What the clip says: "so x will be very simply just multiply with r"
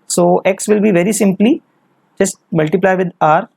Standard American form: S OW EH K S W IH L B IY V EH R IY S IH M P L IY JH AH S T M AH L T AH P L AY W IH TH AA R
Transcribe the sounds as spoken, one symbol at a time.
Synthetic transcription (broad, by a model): S OW EH K S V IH L B IY V EH R IY S IH M P L IY JH AH S T M AH L T AH P L AY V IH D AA R